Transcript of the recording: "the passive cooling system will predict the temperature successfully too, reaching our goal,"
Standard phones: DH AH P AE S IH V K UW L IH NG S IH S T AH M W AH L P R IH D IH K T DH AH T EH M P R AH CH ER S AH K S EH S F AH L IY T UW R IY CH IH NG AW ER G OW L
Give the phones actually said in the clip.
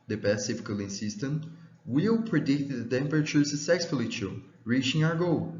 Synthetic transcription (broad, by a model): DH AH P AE S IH F K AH L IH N S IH S T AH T W AH L P R IH D IH K T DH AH T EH M P R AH CH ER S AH S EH S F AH L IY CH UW R IY CH IH NG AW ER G OW L